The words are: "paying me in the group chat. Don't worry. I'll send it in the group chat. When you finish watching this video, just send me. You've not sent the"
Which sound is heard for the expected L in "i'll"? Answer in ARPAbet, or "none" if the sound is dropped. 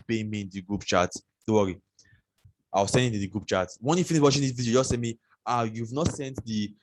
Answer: W